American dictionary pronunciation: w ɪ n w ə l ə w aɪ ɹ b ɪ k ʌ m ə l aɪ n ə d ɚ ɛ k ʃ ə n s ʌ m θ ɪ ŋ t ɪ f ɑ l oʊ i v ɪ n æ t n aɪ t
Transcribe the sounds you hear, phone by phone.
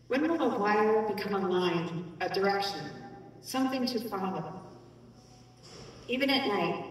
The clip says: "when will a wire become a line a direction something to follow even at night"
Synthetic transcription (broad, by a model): w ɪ n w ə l ə w aɪ l b ɪ k ʌ m ə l aɪ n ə d ɚ ɛ k ʃ ə n s ʌ m θ ɪ ŋ t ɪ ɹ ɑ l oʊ i v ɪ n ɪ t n aɪ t